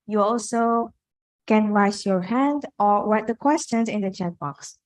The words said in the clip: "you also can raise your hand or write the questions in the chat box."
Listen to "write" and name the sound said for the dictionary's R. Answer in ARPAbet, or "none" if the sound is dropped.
W